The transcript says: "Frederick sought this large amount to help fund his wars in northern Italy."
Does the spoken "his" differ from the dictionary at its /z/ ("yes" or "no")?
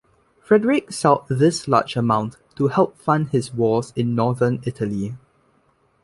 yes